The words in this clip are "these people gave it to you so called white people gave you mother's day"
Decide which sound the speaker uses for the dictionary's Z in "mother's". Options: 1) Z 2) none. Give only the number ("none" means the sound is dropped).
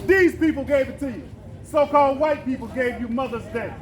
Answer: 1